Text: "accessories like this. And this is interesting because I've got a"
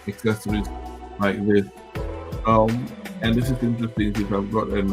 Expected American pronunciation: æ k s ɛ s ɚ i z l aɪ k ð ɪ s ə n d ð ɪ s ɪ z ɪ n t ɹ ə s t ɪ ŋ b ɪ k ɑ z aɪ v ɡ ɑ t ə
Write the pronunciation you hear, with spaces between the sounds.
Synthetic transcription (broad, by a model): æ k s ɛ s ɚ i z l aɪ k ð ɪ s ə n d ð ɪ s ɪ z ɪ n t ɹ ə s t ɪ ŋ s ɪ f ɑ ɪ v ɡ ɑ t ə